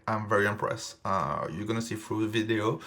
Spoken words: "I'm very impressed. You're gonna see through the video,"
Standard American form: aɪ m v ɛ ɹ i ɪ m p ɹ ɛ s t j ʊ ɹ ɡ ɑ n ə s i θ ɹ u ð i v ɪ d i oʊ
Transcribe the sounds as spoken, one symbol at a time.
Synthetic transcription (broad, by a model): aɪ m v ɛ ɹ i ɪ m p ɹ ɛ s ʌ j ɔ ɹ ɡ ɑ n ə s i f ɹ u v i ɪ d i oʊ